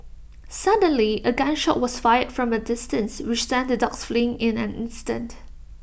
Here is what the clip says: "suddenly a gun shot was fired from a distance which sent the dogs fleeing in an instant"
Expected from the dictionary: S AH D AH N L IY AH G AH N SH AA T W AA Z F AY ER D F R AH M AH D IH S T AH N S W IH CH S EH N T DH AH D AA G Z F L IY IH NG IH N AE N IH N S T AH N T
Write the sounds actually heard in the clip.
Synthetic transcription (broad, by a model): S AH D AH N L IY AH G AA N SH AA T W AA S F AY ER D F R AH M AH D IH S T AH N S W IH CH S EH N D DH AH D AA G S F L IY IH NG IH N AE N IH N S T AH N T